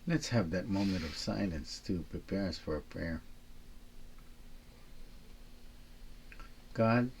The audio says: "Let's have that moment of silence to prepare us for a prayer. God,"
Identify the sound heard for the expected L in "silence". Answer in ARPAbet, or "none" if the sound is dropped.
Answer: N